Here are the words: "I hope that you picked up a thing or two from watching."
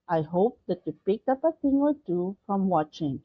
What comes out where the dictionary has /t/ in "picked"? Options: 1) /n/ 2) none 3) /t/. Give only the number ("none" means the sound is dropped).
2